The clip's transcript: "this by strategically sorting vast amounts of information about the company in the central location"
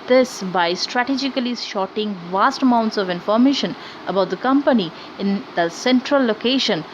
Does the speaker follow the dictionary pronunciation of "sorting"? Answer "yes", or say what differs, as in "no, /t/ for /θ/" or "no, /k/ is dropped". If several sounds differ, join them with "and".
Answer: no, /ʃ/ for /s/